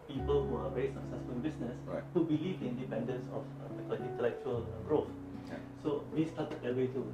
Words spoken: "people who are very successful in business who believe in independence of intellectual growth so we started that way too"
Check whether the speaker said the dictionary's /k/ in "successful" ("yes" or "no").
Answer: no